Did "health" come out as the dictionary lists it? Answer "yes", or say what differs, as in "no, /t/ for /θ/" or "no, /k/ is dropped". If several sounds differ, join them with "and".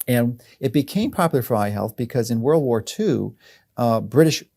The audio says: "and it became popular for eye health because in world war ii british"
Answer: yes